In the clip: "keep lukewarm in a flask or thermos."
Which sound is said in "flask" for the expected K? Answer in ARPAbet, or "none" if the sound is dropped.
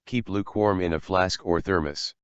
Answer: K